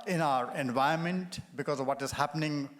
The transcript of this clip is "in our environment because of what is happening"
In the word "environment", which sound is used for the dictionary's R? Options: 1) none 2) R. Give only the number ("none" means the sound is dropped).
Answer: 1